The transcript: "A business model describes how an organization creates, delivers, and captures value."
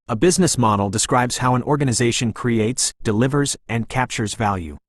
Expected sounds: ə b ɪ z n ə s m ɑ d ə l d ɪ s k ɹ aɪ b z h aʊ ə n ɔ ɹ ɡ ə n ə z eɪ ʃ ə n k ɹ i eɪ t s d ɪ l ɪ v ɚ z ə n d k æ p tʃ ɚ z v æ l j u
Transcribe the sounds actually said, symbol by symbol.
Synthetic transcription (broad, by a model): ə b ɪ z n ə s m ɑ d l d ɪ s k ɹ aɪ b z h aʊ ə n ɔ ɹ ɡ ə n ə z eɪ ʃ ə n k ɹ i eɪ t s d ɪ l ɪ v ɚ z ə n k æ p tʃ ɚ z v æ l j u